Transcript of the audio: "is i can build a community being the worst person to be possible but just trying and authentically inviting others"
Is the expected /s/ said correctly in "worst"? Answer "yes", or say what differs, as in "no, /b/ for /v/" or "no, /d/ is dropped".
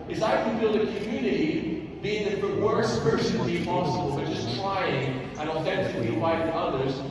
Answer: no, /s/ is dropped